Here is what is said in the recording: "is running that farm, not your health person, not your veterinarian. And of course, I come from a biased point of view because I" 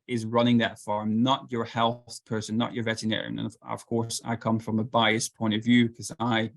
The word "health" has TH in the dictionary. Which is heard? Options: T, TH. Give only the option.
TH